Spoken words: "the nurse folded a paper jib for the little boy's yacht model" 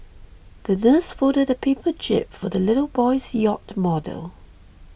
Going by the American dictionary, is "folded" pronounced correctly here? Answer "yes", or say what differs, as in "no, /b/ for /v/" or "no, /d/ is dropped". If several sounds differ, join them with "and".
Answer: no, /l/ is dropped